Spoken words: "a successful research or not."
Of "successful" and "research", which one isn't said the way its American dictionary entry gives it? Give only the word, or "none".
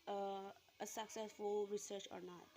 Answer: none